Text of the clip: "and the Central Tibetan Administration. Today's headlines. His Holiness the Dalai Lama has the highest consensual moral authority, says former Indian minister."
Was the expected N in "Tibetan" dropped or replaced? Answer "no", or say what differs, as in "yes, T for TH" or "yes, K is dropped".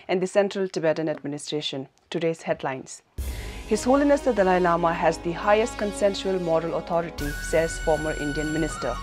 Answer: no